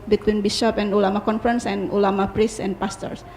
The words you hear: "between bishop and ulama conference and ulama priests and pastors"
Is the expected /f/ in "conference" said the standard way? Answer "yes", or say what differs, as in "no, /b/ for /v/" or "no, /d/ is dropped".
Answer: yes